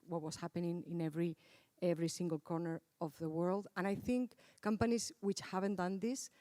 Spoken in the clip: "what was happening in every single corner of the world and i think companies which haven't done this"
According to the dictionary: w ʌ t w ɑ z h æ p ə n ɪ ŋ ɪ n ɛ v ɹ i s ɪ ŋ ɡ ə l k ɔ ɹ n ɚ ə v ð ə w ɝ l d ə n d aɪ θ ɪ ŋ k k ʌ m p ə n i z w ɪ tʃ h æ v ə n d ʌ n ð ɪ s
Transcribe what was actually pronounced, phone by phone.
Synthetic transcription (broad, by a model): w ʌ t w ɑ s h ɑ p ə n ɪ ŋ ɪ n ɛ v ɹ i s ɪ ŋ ɡ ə l k ɔ ɹ n ɚ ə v ð ə w ɝ l d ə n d aɪ θ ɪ ŋ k k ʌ m p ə n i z w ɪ tʃ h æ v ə n d ʌ n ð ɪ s